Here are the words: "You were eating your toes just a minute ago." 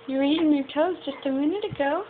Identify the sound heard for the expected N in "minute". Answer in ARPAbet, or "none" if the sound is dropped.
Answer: N